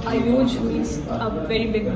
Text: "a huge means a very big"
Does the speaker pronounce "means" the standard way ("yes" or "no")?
no